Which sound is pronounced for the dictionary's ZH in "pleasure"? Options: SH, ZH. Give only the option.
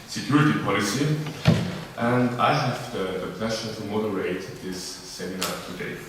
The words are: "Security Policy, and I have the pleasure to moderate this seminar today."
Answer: SH